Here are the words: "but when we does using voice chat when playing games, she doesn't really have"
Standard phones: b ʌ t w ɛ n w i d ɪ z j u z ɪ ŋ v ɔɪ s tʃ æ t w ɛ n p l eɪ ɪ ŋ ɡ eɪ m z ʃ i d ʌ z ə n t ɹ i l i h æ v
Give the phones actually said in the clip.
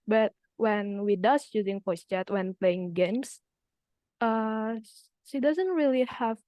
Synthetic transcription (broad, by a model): b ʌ t w ɛ n w i d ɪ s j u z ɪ ŋ p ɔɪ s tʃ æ t w ɛ n p l eɪ ɪ ŋ ɡ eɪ m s ʃ i d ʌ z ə n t ɹ i l i h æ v